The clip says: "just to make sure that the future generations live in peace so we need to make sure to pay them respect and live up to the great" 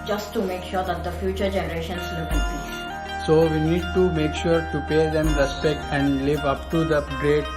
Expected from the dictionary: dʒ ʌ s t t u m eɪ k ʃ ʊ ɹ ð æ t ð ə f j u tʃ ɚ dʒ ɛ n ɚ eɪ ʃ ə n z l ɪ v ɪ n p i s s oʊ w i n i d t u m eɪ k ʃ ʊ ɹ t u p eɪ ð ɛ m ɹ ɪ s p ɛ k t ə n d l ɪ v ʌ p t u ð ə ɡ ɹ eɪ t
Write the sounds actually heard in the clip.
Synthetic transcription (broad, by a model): dʒ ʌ s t t u m eɪ k ʃ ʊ ɹ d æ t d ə f j u tʃ ɚ dʒ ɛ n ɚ eɪ ʃ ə n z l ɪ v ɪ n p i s s oʊ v i n i d t u m eɪ k ʃ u ɹ t u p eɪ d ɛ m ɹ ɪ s ɛ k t ə n d l ɪ v ʌ p t u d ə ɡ ɹ eɪ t